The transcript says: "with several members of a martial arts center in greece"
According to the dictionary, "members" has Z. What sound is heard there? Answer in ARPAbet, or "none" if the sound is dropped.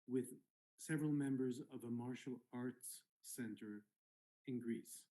Z